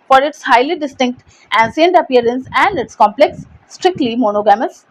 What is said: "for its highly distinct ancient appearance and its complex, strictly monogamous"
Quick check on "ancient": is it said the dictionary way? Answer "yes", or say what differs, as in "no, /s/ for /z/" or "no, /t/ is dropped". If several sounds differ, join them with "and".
no, /s/ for /ʃ/